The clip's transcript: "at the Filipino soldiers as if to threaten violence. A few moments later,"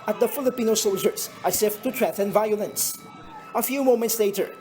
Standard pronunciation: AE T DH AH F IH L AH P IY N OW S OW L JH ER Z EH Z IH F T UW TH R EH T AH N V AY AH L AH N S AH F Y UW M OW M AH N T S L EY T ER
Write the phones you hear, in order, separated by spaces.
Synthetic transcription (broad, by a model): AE T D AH F IH L AH P IY N OW S OW L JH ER S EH S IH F T UW T R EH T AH N V AY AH L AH N S AH F Y UW M OW M AH N T S L EY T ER